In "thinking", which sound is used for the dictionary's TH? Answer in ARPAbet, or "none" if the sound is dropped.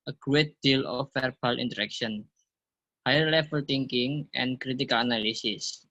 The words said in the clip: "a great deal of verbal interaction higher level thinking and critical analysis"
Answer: T